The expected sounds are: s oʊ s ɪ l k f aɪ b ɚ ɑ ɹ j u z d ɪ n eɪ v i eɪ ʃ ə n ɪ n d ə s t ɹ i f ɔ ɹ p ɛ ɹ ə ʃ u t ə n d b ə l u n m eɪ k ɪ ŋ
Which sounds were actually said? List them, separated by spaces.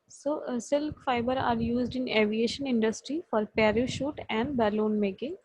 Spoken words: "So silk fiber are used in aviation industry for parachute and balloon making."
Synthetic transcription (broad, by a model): s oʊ s ɪ l k f aɪ b ɚ ɑ ɹ j u z d ɪ n eɪ v i eɪ ʃ ə n ɪ n d ə s t ɹ i f ɔ ɹ p ɛ ɹ ə ʃ u t ə n d b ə l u n m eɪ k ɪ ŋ